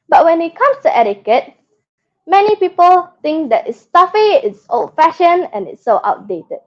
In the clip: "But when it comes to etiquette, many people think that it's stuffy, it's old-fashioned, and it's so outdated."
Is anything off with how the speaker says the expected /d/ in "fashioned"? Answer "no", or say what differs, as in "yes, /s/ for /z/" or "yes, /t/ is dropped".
yes, /d/ is dropped